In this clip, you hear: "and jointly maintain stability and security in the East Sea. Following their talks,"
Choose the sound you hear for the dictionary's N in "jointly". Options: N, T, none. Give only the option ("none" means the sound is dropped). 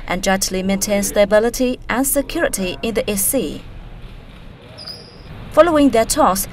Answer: none